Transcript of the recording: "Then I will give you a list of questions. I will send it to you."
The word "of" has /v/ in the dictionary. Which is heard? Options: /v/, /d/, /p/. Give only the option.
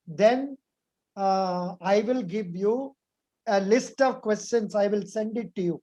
/v/